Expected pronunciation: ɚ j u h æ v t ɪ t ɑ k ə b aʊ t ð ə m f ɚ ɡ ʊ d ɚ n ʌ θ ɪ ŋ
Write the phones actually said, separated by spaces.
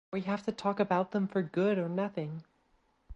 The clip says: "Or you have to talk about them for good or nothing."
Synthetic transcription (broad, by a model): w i h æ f t ɪ t ɑ k ə b aʊ t ð ə m f ɚ ɡ ʊ d ɚ n ʌ θ ɪ ŋ